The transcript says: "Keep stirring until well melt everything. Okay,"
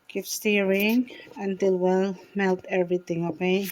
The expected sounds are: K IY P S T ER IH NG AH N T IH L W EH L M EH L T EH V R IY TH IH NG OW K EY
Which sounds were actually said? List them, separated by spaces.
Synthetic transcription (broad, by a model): K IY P S T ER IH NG AH N T IH L W EH L M EH L T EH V R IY T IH NG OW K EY